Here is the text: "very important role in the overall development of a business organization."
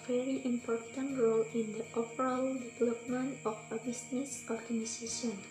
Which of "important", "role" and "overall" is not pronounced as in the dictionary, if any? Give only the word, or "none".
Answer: overall